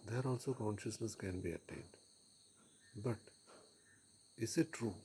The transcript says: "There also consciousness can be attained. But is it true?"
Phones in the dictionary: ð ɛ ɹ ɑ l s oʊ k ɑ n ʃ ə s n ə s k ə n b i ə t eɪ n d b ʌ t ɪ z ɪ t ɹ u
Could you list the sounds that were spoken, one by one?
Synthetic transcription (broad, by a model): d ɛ ɹ ɑ l s oʊ k ɑ n ʃ ə s n ə s k ə n b i ə t eɪ n d b ʌ t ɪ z ɪ t ɹ u